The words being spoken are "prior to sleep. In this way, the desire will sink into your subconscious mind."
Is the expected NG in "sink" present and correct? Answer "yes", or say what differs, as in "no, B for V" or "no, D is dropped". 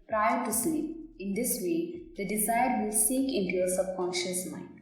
no, NG is dropped